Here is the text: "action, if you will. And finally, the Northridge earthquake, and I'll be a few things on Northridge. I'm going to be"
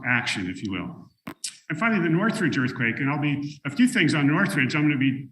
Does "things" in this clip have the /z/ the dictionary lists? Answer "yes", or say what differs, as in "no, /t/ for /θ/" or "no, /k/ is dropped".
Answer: yes